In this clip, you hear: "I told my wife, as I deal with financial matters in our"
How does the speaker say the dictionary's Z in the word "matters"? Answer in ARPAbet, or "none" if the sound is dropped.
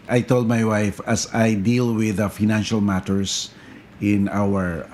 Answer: S